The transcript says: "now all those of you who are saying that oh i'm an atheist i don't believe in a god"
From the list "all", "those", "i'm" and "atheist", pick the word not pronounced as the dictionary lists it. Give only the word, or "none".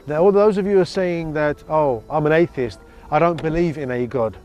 none